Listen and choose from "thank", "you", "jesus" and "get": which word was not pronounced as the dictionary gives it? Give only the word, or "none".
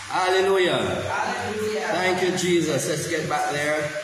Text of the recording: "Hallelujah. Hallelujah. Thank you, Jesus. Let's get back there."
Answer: none